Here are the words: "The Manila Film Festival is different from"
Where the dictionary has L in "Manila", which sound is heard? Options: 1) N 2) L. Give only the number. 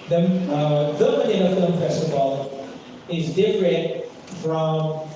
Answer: 1